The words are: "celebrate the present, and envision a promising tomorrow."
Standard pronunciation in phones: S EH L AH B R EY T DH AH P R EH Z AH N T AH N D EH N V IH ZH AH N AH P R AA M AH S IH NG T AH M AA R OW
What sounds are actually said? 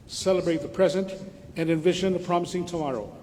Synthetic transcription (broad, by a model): S EH L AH B R EY T DH AH P R EH Z AH N T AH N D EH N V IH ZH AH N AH P R AA M AH S IH NG T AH M AA R OW